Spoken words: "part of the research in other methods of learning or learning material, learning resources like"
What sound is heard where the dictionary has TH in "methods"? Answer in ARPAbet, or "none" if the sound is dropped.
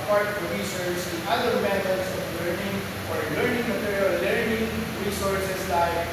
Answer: T